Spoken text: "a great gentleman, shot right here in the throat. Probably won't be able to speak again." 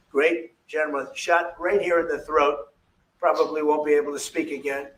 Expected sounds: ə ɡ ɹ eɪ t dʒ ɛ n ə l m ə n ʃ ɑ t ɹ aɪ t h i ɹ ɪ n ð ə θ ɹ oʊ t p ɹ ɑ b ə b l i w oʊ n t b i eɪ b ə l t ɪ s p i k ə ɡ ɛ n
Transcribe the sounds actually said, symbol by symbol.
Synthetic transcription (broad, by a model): ɡ ɹ eɪ t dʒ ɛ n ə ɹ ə ʃ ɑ t ɹ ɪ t h i ɹ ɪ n ð ə θ ɹ oʊ t p ɹ ɑ b ə b l i w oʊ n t b i eɪ b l t ɪ s p i k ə ɡ ɛ n